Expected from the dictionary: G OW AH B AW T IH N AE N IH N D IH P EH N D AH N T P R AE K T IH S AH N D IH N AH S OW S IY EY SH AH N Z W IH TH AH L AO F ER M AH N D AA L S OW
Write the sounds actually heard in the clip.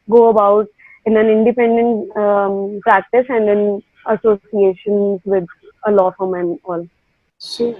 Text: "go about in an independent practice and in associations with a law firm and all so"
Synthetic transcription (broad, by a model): G OW AH B AW T IH N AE N IH N D IH P EH N D AH N T P R AE K T IH S AH N D IH N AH S OW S IY EY SH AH N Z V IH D AH L AO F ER M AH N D AA L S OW